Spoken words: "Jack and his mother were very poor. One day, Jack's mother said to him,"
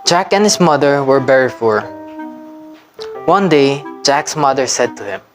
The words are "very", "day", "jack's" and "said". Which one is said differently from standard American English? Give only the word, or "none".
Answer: very